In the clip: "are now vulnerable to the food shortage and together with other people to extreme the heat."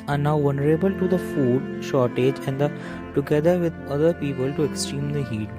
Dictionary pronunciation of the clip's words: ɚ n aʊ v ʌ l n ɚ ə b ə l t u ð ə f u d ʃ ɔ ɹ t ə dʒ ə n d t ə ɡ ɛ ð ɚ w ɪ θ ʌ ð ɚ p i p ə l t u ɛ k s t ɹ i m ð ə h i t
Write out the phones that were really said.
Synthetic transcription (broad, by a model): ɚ n aʊ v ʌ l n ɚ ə b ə l t u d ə f u d ʃ ɔ ɹ t ə dʒ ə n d t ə ɡ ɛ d ɚ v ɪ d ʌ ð ɚ p i p ə l t u ɛ k s t ɹ i m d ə h i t